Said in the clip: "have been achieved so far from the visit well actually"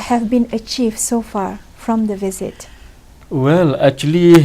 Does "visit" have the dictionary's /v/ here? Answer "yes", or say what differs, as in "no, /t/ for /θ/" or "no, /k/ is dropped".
yes